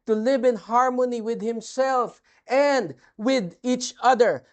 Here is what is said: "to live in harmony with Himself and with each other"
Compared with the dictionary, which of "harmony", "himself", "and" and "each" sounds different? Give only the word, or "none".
none